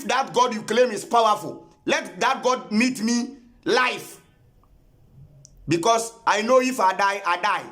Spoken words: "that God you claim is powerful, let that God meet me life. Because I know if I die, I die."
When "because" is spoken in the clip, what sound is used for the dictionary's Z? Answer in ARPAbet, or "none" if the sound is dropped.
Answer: S